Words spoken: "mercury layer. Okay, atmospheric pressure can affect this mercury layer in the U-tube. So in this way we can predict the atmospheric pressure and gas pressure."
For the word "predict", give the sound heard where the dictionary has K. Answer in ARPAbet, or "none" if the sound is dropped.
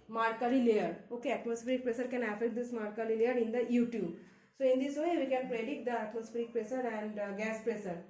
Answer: none